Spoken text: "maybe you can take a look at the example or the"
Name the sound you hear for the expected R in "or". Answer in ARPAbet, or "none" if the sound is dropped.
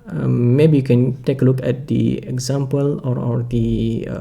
R